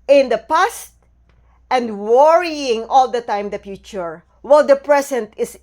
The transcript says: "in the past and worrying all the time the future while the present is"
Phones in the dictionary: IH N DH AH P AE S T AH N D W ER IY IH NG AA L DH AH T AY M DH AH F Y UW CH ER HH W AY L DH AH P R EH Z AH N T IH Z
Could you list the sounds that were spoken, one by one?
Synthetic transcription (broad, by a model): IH N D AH P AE S T AH N D W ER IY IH NG AA L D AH T AY M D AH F Y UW CH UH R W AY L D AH P R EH S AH N T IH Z